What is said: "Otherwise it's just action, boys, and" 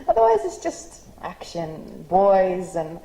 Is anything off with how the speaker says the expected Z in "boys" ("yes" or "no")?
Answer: no